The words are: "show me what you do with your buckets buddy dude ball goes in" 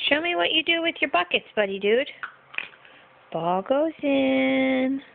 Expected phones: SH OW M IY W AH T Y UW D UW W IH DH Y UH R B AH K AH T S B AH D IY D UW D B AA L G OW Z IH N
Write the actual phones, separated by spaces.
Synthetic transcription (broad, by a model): SH OW M IY W AH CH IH D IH W IH DH Y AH R B AH K AH T S B AH D IY D UW D B AA L G OW Z IH N